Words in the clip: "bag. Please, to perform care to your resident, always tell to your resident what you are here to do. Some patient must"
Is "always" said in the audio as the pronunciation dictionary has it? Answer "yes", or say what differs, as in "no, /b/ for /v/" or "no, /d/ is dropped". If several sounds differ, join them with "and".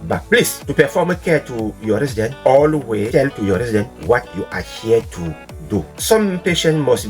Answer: no, /z/ is dropped